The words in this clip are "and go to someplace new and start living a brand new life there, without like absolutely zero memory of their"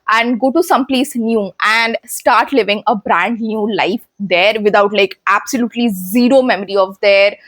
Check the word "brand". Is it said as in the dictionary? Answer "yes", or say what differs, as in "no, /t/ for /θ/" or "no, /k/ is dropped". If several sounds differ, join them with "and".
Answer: yes